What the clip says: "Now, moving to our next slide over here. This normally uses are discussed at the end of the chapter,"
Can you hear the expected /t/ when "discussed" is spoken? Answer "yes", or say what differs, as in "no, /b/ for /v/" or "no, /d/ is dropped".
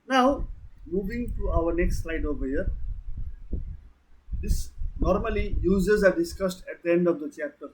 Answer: yes